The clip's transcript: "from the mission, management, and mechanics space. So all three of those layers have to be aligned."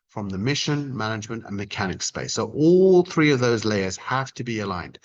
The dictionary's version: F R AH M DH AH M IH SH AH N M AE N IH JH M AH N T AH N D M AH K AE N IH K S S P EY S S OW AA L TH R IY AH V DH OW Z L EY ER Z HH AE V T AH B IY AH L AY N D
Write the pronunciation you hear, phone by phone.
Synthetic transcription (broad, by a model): F R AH M DH AH M IH SH AH N M AE N IH JH M AH N T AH N M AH K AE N IH K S S P EY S S OW AA L TH R IY AH V DH OW Z L EY ER Z HH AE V T AH B IY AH L AY N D